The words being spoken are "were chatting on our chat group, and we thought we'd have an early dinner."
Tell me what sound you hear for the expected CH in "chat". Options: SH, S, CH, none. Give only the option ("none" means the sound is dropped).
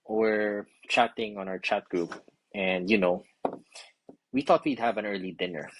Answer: CH